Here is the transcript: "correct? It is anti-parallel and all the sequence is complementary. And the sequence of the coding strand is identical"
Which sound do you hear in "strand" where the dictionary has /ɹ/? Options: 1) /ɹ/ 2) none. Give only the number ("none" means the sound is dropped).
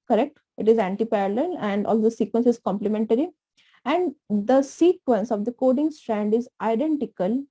1